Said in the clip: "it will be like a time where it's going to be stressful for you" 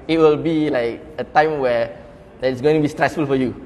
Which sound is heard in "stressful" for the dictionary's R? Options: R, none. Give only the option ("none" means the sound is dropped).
R